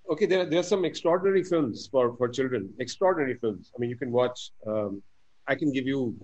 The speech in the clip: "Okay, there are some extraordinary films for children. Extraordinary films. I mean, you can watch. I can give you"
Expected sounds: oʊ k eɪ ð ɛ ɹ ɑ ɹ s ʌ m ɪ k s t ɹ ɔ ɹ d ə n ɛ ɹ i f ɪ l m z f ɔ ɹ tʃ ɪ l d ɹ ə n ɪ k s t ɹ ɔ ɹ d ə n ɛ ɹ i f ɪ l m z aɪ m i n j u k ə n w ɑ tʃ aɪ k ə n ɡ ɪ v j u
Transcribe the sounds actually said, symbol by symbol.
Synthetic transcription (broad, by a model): oʊ k eɪ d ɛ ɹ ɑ ɹ s ʌ m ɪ k s t ɹ ɔ ɹ d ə n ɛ ɹ i f ɪ l m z f ɔ ɹ tʃ ɪ l d ɹ ə n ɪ k s t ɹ ɔ ɹ d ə n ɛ ɹ i f ɪ l m z aɪ m i n j u k ə n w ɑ tʃ aɪ k ə n ɡ ɪ v j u